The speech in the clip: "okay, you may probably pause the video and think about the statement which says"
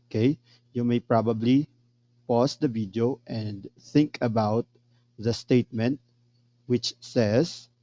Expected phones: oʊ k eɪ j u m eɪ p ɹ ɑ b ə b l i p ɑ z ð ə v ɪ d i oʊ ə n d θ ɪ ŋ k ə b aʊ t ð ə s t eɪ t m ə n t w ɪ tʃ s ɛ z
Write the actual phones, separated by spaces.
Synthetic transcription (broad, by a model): k eɪ j u m eɪ p ɹ ɑ b ə b l i p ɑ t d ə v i d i oʊ ə n d θ ɪ ŋ k ə b aʊ t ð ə s t eɪ t m ə n t w ɪ tʃ s ɛ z